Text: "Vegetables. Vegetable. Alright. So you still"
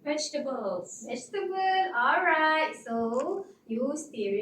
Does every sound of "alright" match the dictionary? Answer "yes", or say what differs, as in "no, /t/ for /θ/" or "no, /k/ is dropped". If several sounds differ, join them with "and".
yes